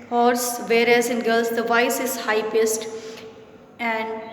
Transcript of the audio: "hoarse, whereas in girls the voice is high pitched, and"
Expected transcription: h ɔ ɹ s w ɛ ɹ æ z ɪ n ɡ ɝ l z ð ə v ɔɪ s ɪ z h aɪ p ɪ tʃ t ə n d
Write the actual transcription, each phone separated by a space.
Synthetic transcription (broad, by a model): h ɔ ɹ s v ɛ ɹ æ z ɪ n ɡ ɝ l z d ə v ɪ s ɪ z h aɪ p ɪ s t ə n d